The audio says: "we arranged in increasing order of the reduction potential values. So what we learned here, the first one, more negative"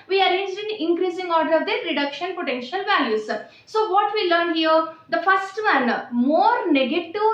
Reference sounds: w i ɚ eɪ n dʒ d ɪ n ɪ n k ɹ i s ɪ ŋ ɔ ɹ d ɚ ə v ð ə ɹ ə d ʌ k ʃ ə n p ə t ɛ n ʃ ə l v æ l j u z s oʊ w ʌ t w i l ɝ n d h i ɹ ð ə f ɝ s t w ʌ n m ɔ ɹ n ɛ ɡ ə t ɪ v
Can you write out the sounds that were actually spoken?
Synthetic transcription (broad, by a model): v i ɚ eɪ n dʒ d ɪ n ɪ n k ɹ i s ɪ ŋ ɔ ɹ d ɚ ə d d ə ɹ ə d ʌ k ʃ ə n p ə t ɛ n ʃ ə l v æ l j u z s oʊ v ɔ t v i l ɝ n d h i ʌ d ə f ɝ s t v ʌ n m ɔ ɹ n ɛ ɡ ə t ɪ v